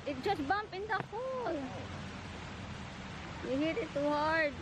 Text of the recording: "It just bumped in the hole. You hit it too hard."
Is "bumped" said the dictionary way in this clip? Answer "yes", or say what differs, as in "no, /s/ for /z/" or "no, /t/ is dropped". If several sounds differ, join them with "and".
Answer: no, /t/ is dropped